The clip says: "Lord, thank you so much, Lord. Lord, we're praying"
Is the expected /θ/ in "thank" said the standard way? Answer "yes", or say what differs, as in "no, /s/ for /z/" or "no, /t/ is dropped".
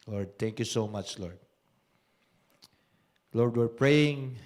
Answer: no, /t/ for /θ/